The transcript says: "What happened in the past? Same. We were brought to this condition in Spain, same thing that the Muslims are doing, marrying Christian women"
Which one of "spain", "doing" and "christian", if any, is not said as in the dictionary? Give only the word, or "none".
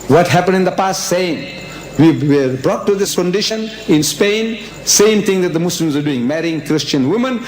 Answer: none